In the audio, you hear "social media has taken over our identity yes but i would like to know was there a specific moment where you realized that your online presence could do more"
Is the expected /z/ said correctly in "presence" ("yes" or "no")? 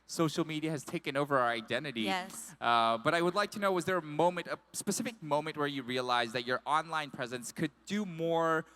yes